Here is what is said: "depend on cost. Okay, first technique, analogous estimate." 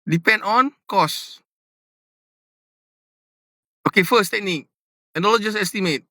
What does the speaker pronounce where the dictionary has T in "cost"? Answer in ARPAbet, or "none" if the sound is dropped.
none